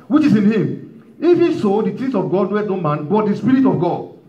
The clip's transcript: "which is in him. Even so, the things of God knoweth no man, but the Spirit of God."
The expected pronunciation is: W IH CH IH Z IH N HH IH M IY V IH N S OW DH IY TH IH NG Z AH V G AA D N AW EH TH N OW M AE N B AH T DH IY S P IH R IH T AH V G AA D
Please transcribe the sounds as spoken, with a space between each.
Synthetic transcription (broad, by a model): W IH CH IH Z IH N HH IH M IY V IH S OW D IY T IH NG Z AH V G AA D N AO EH T N OW M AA N B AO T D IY S P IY R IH T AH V G AA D